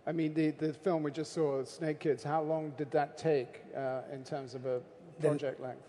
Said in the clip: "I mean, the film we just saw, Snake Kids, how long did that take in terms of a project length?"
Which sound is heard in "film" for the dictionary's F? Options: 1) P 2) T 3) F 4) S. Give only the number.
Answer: 3